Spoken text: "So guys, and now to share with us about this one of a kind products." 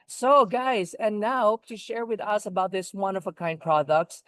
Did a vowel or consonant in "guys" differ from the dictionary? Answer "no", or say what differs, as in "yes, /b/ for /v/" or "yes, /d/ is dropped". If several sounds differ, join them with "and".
no